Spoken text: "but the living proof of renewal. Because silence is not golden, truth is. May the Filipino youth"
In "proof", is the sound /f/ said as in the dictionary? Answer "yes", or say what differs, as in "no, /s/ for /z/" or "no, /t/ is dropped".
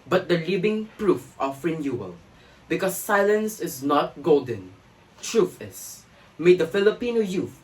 yes